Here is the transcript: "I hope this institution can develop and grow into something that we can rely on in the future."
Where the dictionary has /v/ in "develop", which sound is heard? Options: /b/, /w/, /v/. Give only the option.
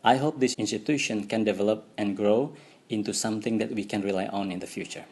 /v/